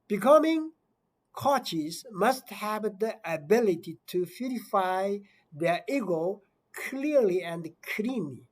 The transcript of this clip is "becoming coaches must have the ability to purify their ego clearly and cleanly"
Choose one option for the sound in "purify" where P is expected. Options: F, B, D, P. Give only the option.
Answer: F